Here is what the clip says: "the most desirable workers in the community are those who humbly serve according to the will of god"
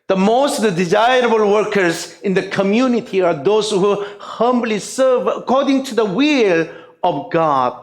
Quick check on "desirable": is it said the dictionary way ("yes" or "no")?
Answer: yes